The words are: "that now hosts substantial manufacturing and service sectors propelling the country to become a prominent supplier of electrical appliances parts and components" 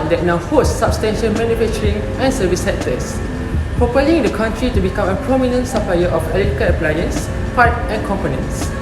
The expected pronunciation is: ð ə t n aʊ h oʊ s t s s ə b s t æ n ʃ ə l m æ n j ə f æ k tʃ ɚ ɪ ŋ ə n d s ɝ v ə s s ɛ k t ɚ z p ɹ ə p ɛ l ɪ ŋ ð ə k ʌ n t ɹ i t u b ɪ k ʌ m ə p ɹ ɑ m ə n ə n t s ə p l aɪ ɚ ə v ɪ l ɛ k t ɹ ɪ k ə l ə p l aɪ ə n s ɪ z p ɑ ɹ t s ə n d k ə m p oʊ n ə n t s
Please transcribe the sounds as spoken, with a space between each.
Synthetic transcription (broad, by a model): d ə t n aʊ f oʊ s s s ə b s t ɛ n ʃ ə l m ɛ n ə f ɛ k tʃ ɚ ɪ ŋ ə n s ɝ v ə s s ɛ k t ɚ s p ɹ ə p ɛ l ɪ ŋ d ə k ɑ n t ɹ i t u b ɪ k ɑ m ə p ɹ ɑ m ə n ə n t s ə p l aɪ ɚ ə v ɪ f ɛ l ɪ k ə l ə p l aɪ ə n s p ɑ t ə n k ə m p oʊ n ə n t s